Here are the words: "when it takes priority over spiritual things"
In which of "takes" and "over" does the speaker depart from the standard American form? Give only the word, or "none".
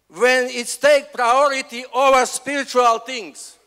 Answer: takes